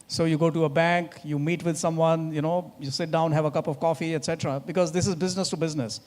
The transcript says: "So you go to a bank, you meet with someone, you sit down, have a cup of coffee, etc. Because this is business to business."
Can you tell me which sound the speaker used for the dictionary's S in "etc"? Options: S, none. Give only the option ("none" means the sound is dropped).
S